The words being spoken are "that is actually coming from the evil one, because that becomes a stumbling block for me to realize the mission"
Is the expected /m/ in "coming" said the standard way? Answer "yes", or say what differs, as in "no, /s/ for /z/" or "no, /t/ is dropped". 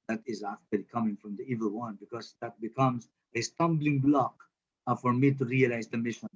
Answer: yes